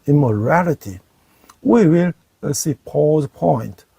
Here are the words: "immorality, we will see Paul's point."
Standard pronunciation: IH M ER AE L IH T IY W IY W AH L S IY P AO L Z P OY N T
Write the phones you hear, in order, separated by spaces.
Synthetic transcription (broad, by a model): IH M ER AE L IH T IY W IY W AH L S IY P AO Z P OY N T